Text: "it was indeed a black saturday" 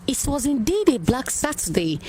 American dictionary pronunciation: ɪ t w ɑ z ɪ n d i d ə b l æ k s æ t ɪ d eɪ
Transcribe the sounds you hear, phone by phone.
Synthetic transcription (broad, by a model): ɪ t w ɑ z ɪ n d i d ə b l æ k s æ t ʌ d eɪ